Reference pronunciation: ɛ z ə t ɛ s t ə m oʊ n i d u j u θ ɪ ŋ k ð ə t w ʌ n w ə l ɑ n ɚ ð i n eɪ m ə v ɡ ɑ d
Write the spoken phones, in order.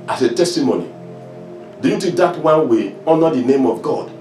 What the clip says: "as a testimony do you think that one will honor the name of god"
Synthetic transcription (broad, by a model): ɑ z ə t ɛ s t ə m oʊ n i d u j u t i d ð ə t w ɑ n w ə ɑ n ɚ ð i n eɪ m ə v ɡ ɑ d